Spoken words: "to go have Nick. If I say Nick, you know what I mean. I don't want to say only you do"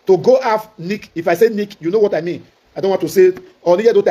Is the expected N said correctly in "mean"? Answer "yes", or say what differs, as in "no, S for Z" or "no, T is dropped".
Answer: yes